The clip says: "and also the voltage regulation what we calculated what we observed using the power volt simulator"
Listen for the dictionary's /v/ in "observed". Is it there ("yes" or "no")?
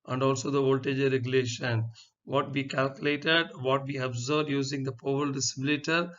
no